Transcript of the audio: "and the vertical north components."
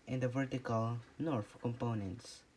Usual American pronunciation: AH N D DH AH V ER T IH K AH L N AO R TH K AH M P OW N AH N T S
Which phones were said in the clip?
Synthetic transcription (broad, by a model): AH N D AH V ER T IH K AH L N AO R F K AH M P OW N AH N T S